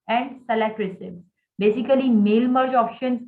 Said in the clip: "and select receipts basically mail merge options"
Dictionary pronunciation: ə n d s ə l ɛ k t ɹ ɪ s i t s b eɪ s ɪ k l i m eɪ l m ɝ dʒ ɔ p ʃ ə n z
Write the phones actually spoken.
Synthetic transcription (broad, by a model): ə n d s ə l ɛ t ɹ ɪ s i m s b eɪ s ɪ k l i m eɪ l m ɝ dʒ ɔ p ʃ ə n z